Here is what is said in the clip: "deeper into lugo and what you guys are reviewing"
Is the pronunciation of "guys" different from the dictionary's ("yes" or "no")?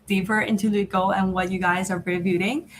no